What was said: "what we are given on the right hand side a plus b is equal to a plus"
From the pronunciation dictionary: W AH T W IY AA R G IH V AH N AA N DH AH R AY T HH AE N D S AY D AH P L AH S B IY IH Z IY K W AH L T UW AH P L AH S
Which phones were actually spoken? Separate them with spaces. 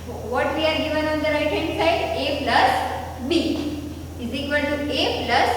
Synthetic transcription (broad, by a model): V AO T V IY AA R G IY V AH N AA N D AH R AY T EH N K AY AH P L AH S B IY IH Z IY K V AH L T UW AH P L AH S